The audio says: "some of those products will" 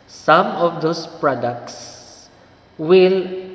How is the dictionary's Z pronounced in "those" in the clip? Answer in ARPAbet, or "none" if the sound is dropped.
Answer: S